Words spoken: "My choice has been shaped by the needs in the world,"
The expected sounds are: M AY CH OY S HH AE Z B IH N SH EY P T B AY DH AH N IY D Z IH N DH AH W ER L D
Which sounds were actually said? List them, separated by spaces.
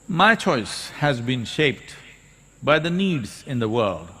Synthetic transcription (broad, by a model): M AY CH OY S HH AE Z B IH N SH EY P T B AY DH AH N IY D Z IH N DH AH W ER L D